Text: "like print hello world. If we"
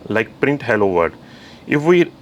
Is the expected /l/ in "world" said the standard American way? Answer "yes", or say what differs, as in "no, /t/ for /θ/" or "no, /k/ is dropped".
no, /l/ is dropped